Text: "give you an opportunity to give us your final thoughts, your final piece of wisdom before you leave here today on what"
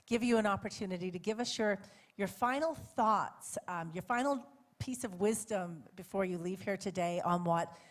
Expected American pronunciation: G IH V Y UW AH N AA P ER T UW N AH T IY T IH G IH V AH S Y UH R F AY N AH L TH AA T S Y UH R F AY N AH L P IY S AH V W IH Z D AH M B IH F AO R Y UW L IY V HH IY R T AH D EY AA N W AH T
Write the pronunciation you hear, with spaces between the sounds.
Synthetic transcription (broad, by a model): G IH V Y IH AH N AA P ER T UW N AH T IY T IH G IH V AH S Y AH R F AY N L TH AA T S Y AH R F AY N L P IY S AH V W IH Z D AH M B IH F AO R Y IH L IY V HH IY R T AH D EY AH N W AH T